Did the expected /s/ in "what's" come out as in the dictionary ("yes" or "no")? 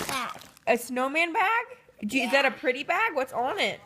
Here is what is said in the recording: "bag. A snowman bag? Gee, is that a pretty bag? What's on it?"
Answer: yes